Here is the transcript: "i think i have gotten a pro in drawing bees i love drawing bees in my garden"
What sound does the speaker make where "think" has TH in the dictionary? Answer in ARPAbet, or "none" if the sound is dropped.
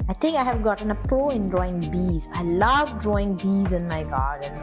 T